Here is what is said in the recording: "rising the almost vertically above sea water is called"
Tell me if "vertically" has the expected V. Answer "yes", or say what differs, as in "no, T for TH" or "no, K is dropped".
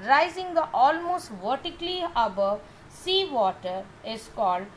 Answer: yes